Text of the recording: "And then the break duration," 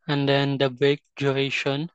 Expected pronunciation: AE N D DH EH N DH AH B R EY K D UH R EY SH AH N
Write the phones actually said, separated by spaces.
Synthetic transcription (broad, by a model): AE N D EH N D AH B EY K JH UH R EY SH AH N